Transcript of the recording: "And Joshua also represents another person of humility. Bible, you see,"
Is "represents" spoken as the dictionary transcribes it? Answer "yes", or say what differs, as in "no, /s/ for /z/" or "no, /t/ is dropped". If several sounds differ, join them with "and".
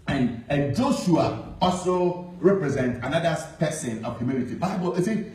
no, /s/ is dropped